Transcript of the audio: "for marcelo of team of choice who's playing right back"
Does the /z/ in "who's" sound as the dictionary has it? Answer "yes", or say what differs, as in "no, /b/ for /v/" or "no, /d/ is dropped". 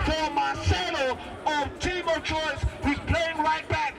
no, /z/ is dropped